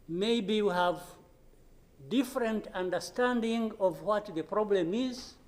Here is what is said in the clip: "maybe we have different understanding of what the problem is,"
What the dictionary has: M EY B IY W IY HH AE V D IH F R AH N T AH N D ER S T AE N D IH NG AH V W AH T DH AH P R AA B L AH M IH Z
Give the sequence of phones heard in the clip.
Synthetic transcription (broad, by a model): M EY B IY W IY HH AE V D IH F R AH N T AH N D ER S T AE N D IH NG AH V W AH T DH AH P R AA B L AH M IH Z